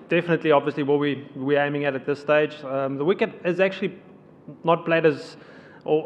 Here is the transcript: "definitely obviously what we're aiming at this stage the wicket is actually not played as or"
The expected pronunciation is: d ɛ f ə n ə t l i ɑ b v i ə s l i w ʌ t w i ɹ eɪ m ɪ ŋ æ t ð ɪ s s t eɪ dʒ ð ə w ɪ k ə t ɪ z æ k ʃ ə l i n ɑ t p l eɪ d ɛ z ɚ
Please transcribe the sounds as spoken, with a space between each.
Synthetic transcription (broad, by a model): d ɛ f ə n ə t l i ɑ b v i ə s l i w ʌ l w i w eɪ m ɪ ŋ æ t ð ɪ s s t eɪ dʒ ð ə w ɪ k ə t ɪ z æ k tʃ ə l i n ɑ t p l eɪ d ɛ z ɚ